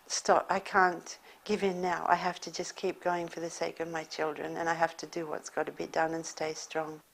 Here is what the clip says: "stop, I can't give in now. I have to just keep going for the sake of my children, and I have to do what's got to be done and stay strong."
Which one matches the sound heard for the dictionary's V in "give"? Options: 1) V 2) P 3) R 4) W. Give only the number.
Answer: 1